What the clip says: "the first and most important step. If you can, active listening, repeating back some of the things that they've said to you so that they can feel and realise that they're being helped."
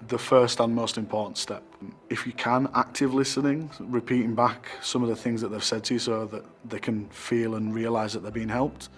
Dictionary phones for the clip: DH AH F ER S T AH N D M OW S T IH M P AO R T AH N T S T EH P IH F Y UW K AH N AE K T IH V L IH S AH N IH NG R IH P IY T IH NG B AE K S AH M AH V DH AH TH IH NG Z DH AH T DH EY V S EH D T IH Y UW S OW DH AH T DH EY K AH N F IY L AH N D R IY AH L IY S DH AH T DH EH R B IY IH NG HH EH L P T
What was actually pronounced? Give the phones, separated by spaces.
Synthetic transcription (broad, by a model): DH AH F ER S T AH N M OW S T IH M P AO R T N T S T EH P IH F Y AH K AH N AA K T IH V L IH S AH N IH NG R IH P IY T IH NG B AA K S AH M AH V DH AH TH IH NG Z DH AH T DH EY V S EH D T IH Y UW S OW DH AH T DH EY K AH N F IY L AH N R IY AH L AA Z DH AH T DH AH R B IY IH NG HH EH L P T